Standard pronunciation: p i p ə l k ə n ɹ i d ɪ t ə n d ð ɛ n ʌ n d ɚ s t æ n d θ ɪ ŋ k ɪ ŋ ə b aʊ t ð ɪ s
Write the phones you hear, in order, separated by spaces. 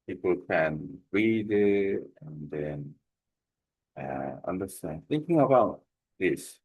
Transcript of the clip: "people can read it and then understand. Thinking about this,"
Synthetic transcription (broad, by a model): p i p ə l k ə n ɹ i d ɪ t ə n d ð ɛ n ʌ n d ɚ s t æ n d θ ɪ ŋ k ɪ ŋ ə b aʊ t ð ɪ s